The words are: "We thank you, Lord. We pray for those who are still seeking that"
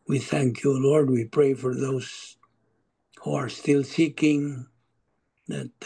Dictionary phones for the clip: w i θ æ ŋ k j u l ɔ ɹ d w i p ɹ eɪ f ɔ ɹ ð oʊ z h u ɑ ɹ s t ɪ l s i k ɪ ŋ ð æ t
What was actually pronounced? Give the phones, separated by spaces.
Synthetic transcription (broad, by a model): w i θ æ ŋ k j u l ɔ ɹ d w i p ɹ eɪ f ɔ ɹ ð oʊ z h u ɑ ɹ s t ɪ l s i k ɪ ŋ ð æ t